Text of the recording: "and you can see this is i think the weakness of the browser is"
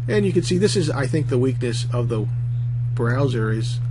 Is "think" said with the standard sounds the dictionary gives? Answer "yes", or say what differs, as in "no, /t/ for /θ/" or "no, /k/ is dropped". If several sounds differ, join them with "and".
yes